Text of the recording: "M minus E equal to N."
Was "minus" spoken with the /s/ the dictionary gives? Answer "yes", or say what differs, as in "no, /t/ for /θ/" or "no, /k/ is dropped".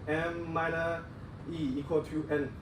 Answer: no, /s/ is dropped